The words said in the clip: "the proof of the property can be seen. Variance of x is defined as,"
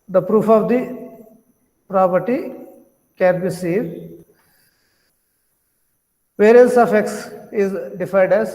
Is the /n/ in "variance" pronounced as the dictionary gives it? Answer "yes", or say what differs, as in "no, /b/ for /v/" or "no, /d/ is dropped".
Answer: no, /n/ is dropped